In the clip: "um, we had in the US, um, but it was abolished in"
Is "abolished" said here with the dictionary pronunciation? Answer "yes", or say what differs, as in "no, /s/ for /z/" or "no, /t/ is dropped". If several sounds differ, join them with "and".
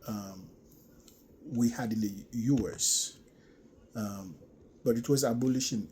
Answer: no, /t/ is dropped